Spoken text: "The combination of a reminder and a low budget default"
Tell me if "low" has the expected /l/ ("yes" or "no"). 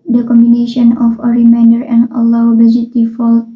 no